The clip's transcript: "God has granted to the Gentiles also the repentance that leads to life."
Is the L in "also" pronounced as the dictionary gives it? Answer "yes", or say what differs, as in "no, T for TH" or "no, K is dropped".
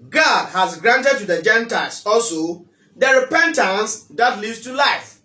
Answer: yes